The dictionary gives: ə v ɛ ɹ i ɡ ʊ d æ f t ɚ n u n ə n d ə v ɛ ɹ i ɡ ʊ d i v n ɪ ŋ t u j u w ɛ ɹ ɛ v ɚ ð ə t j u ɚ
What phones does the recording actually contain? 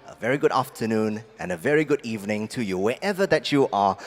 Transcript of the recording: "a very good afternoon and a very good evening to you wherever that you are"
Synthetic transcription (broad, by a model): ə v ɛ ɹ i ɡ ʊ d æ f t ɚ n u n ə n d ə v ɛ ɹ i ɡ ʊ d i v n ɪ ŋ t u j u w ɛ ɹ ɛ v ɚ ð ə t j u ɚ